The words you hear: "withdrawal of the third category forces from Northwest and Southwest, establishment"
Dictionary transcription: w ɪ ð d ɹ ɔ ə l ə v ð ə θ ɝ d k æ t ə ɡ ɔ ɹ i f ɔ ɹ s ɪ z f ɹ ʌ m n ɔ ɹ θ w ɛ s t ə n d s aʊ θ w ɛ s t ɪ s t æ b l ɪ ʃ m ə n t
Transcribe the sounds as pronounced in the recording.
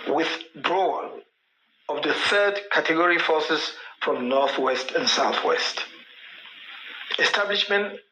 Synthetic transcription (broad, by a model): w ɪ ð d ɹ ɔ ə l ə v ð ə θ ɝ d k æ t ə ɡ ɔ ɹ i f ɔ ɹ s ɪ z f ɹ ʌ m n ɔ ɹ θ w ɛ s t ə n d s aʊ θ w ɛ s t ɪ s t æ b l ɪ ʃ m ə n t